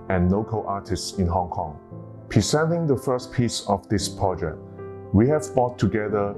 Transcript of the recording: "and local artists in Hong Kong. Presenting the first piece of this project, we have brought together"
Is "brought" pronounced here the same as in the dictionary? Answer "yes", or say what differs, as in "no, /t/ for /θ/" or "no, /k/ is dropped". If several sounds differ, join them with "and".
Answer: no, /ɹ/ is dropped